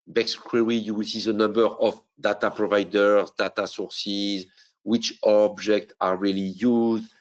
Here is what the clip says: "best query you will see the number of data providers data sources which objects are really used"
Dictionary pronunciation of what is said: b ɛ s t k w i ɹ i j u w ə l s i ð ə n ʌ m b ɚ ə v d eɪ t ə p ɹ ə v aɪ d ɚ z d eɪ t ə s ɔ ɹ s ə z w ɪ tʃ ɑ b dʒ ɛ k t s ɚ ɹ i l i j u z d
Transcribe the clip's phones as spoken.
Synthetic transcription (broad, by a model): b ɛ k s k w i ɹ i j u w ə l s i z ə n ʌ m b ɚ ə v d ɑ t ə p ɹ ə v aɪ d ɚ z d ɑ t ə s ɔ ɹ s ə z w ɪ tʃ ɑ b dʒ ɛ k t ɑ ɹ i l i j u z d